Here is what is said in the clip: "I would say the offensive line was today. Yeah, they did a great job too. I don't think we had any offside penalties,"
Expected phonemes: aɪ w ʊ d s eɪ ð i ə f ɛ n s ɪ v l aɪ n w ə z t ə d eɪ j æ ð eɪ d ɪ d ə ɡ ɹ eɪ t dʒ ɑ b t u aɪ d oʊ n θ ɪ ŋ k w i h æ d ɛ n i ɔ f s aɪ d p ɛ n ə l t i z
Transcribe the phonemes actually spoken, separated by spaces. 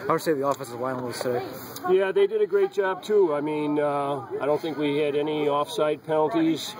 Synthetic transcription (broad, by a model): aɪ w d s eɪ ð i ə f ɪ s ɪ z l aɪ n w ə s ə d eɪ j æ ð eɪ d ɪ d ə ɡ ɹ eɪ t dʒ ɑ b t u aɪ d oʊ n θ ɪ ŋ k w i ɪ d ɛ n i ɔ f s aɪ d p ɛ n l t i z